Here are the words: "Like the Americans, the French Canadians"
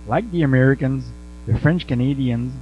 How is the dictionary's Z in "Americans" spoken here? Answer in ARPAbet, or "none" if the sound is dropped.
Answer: Z